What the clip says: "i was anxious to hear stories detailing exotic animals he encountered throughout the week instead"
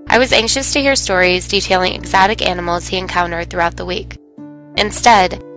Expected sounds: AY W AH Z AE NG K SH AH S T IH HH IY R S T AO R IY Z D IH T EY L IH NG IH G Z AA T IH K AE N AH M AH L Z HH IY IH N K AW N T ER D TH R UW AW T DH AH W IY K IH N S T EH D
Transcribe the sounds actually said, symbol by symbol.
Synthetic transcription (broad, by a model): AY W AH Z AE NG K SH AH S T IH HH IY R S T AO R IY Z D IH T EY L IH NG IH G Z AA T IH K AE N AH M L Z HH IY IH N K AW N T ER D TH R UW AW T DH AH W IY K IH N S T EH D